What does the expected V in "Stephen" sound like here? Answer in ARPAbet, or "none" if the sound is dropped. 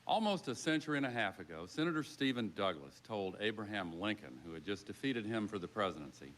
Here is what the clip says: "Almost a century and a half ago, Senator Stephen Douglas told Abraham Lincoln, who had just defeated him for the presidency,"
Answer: V